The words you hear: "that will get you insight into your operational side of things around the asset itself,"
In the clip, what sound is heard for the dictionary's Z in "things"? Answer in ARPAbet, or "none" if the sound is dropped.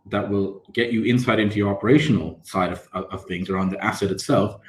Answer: Z